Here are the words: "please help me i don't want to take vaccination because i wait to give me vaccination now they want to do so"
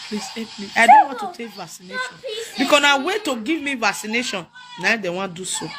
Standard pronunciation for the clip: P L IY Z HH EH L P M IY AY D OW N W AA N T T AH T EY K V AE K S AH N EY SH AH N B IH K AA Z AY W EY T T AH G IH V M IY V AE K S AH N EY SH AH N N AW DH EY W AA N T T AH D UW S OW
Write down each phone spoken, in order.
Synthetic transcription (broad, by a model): P L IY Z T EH P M IY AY D OW N W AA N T T AH T EY K V AE K S AH N EY SH AH N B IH K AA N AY W EY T T AH G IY V M IY V AE K S AH N EY SH AH N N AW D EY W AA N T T D UW S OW